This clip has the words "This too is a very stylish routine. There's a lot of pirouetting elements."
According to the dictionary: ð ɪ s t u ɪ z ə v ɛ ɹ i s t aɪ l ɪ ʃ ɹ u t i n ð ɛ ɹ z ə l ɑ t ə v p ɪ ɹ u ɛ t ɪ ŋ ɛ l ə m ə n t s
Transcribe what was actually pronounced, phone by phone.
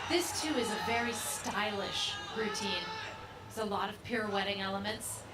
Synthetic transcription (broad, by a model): ð ɪ s t u ɪ z ə v ɛ ɹ i s t aɪ l ɪ ʃ ɹ u t i n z ə l ɑ t ə v p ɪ ɹ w ɛ t ɪ ŋ ɛ l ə m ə n t s